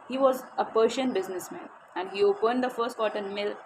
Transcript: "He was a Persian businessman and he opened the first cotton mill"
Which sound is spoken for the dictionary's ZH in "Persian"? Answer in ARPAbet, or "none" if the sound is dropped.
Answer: SH